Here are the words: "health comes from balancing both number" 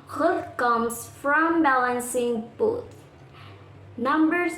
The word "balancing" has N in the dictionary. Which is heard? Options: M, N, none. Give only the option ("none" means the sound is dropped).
N